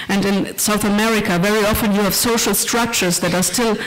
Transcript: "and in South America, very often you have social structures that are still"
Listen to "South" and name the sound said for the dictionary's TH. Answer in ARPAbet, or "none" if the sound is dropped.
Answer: TH